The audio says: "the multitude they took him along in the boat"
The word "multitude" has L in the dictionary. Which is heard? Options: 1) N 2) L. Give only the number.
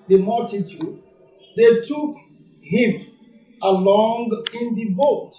2